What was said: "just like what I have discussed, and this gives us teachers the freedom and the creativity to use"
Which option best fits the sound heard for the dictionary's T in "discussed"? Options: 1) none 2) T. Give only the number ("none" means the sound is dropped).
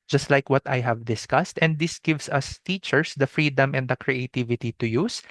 2